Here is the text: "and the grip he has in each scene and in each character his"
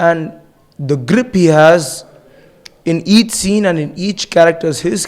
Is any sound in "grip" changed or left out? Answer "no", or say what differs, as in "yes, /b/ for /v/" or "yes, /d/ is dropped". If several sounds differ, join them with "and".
no